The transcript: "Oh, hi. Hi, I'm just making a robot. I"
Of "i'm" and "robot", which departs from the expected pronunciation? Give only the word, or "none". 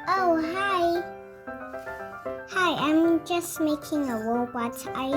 robot